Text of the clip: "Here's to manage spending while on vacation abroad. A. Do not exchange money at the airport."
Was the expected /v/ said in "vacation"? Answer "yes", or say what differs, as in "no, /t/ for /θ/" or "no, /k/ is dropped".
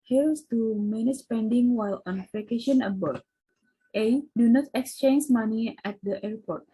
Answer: no, /p/ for /v/